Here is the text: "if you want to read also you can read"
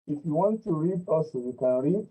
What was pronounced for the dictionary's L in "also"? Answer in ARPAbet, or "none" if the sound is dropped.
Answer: none